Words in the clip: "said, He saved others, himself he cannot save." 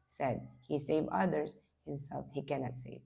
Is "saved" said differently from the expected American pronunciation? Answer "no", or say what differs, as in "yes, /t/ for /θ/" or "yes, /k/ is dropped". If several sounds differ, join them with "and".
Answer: yes, /d/ is dropped